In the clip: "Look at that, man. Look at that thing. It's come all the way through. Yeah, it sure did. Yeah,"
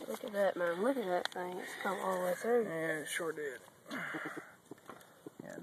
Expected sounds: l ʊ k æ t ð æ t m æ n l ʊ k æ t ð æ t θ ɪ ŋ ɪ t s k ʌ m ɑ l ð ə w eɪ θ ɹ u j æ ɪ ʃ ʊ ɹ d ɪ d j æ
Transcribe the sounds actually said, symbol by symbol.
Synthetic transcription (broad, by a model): l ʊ k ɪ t ð æ t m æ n l ʊ k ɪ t ð æ t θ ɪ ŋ ɪ t s k ʌ m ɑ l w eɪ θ u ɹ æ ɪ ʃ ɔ ɹ d ɪ d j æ